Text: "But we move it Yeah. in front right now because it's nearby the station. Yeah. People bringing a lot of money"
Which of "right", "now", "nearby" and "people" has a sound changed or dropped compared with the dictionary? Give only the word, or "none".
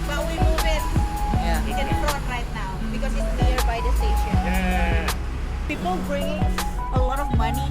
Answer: nearby